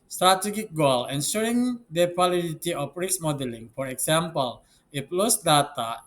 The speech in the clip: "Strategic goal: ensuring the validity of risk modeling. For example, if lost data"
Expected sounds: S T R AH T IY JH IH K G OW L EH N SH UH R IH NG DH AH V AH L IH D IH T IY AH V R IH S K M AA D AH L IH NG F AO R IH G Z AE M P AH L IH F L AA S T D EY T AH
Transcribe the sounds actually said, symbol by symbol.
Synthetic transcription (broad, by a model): S T R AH T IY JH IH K G OW L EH N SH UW R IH NG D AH W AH L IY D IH T IY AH F R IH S M AA D AH L IH NG F AO R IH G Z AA M P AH L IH P L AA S D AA T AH